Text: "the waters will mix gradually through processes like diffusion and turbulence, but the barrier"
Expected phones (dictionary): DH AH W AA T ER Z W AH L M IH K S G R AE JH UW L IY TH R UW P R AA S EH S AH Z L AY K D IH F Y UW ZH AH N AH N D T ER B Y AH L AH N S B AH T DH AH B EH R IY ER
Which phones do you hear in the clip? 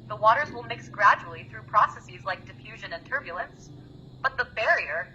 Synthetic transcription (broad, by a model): DH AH W AA T ER Z W AH L M IH K S G R AE JH UW L IY TH R UW P R AA S EH S AH Z L AY K D IH F Y UW ZH AH N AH N T ER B Y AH L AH N S B AH T DH AH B EH R IY ER